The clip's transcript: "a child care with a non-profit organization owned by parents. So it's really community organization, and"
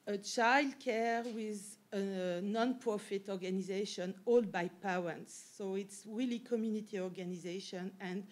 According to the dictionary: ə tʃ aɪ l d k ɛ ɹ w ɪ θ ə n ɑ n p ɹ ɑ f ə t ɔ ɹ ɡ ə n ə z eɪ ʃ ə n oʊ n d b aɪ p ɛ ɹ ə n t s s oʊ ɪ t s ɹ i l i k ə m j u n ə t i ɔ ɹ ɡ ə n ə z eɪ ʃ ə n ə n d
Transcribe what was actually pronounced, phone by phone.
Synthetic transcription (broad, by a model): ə tʃ aɪ l d k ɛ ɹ w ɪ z ə n ɑ n p ɹ ɑ f ə t ɔ ɹ ɡ ə n ə z eɪ ʃ ə n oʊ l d b aɪ p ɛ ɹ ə n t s s oʊ ɪ t s ɹ i l i k ə m j u n ə t i ɔ ɹ ɡ ə n ə z eɪ ʃ ə n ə n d